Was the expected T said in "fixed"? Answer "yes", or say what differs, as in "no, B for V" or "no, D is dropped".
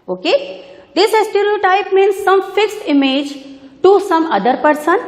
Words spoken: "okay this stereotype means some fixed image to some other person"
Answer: yes